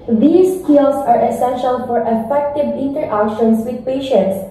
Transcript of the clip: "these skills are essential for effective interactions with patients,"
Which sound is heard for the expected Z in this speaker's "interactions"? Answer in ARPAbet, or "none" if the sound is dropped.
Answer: S